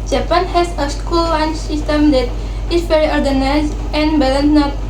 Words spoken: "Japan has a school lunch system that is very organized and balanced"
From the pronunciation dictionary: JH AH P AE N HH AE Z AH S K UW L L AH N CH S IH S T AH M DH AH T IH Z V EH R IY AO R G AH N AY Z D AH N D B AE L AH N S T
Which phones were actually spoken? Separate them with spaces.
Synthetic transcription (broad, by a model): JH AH P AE N HH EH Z AH S K UW L W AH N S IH S T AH M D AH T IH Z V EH R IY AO R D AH N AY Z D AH N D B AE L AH N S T